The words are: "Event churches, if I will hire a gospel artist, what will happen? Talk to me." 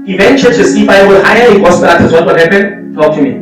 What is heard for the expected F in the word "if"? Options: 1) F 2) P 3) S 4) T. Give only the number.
2